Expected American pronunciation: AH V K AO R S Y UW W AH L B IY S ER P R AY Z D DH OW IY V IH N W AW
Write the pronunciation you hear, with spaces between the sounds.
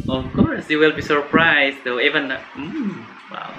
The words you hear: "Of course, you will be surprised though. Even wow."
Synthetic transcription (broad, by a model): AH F K AO R S Y UW W AH L B IY S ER P R AY S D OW IY V IH N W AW